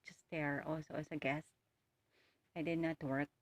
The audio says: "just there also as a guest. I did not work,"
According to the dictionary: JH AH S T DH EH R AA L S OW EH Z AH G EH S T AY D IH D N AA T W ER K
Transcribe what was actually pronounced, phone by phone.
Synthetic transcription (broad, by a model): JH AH S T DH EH R AA L S OW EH S AH G EH S T AY D IH D N AA T W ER K